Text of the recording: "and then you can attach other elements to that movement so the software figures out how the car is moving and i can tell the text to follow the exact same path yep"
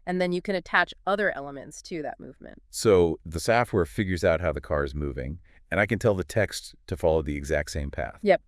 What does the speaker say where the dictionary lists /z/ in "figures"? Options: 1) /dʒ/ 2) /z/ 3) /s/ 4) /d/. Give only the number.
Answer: 2